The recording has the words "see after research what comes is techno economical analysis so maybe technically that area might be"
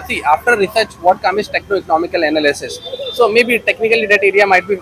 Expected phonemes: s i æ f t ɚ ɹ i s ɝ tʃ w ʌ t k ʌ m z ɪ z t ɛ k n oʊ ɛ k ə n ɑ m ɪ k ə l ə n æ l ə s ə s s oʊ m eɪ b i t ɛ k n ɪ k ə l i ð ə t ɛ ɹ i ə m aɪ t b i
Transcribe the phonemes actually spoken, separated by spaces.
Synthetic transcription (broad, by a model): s i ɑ f t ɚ ɹ i s ɝ tʃ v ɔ t k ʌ m ɪ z t ɛ k n oʊ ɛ k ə n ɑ m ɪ k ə l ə n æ l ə s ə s s oʊ m eɪ b i t ɛ k n ɪ k ə l i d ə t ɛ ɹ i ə m aɪ t b i